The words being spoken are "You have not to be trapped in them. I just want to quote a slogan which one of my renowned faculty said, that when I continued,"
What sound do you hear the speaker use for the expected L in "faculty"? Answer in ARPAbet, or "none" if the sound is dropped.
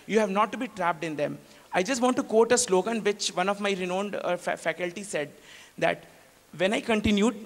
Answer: L